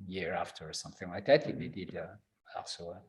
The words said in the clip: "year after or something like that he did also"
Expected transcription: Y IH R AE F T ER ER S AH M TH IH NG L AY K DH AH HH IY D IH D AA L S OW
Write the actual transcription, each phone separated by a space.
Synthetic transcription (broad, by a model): Y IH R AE F T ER ER S AH M TH IH NG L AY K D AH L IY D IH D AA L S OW